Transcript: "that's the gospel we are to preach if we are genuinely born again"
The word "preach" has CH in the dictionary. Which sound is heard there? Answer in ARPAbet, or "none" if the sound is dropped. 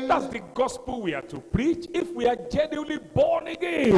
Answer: CH